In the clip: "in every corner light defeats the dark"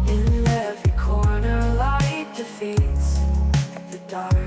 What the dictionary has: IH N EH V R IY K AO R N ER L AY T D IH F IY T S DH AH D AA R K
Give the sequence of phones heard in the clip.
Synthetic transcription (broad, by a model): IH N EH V IY K AO R N ER L AY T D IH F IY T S DH AH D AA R